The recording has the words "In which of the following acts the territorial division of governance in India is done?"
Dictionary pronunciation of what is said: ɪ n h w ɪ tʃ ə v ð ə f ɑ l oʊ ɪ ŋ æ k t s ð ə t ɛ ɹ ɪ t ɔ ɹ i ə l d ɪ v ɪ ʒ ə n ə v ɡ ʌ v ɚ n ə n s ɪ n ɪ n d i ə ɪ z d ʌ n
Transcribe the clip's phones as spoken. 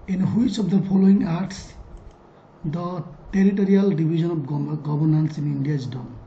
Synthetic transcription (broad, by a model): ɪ n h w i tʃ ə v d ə p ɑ l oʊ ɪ ŋ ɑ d t s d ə t ɛ ɹ ɪ t ɔ ɹ i ə l d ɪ b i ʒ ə n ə b ɡ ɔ b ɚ n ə n s ɪ n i n d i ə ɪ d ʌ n